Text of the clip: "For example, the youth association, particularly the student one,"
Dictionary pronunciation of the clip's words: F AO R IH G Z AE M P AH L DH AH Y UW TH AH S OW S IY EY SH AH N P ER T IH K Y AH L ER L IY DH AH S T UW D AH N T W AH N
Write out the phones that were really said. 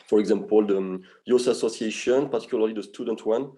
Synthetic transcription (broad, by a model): F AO R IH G Z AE M P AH L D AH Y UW S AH S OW S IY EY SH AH N P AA T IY K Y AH L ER L IY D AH S T UW D AH N T W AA N